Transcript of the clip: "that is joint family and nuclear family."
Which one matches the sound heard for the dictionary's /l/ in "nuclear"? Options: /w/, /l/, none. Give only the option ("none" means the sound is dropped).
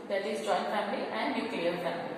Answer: none